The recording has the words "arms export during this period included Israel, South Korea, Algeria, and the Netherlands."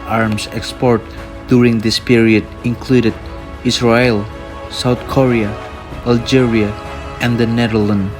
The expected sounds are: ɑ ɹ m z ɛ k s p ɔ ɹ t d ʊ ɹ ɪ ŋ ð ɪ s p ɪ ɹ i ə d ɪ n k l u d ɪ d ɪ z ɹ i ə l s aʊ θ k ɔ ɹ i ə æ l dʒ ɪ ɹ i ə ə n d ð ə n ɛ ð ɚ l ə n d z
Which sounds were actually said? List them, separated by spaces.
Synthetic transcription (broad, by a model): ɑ ɹ m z ɛ k s p ɔ ɹ t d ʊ ɹ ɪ ŋ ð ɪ s p ɪ ɹ i ə d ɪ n k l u d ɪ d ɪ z ɹ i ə l s aʊ θ k ɔ ɹ i ə æ l dʒ ɪ ɹ i ə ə n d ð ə n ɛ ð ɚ l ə n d